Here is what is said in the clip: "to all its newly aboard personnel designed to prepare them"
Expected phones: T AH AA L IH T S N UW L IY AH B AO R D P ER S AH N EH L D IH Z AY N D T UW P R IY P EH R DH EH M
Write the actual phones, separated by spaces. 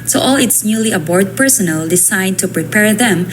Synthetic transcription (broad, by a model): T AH AA L IH T S N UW L IY AH B AO R D P ER S AH N EH L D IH S AY D T UW P R IY P EH R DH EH M